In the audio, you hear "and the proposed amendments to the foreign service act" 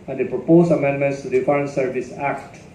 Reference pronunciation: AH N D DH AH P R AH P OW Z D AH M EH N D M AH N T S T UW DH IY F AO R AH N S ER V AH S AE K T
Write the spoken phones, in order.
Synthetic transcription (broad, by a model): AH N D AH P R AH P OW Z AH M EH N D M AH N T S T UW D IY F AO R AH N S ER V AH S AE K T